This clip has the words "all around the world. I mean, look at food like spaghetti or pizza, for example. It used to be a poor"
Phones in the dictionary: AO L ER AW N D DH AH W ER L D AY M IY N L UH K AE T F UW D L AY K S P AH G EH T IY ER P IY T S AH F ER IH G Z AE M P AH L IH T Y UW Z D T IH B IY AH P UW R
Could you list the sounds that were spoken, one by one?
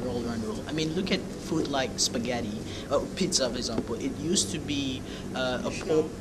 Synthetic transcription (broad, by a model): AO L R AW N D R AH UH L AY M IY N L UH K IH T F UW D L AY K S P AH G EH T IY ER P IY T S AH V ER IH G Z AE M P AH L IH T Y UW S T IH B IY AH P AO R